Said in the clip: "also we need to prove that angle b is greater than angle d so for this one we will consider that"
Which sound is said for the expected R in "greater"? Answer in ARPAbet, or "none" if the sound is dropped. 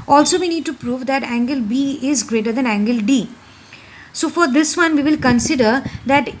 R